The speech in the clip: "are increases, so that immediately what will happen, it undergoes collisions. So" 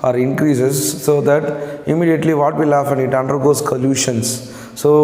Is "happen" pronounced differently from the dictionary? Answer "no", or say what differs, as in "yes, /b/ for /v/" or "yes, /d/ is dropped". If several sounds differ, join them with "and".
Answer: yes, /f/ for /p/